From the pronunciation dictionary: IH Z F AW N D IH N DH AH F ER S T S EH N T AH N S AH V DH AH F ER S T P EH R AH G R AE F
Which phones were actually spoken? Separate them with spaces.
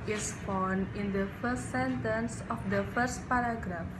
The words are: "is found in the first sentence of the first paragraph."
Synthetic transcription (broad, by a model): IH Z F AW N IH N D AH F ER S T S EH N T AH N S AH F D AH F ER S T P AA R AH G R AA F